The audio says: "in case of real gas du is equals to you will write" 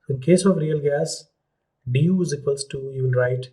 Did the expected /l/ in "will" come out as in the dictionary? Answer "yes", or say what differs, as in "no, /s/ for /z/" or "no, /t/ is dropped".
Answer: no, /n/ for /l/